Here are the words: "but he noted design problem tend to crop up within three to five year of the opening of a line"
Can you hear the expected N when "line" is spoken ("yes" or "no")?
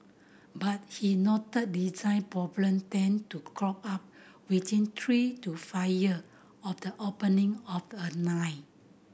no